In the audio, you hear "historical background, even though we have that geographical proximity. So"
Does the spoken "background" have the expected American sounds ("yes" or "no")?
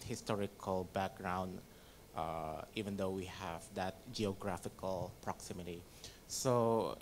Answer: yes